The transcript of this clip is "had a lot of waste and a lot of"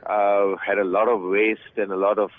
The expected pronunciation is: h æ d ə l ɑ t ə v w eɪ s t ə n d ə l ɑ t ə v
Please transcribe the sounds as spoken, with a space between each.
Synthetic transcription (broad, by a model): h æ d ə l ɑ t ə v w eɪ s t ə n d ə l ɑ t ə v